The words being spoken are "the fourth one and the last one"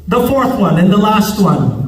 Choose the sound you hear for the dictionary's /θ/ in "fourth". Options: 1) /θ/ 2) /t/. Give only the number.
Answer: 1